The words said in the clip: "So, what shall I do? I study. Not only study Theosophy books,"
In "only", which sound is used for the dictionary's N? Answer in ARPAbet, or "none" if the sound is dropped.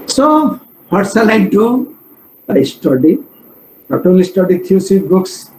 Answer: none